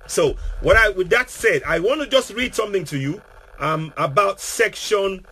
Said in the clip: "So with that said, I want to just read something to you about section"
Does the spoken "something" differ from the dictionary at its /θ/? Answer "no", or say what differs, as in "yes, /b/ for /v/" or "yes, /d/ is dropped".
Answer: no